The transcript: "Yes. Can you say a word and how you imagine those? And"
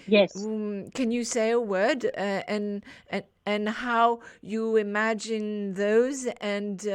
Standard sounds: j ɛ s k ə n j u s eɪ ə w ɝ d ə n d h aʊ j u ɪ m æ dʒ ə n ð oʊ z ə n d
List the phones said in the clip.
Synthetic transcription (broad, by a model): j ɛ s k ə n j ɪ s eɪ ə w ɝ d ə n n h aʊ j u ɪ m æ dʒ ə n ð oʊ z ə n